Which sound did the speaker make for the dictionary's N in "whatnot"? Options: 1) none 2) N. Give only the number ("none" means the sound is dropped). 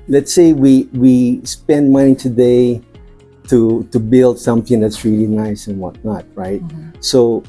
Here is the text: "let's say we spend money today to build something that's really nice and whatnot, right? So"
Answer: 2